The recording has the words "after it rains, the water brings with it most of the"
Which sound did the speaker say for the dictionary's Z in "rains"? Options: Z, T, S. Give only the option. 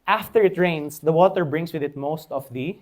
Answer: S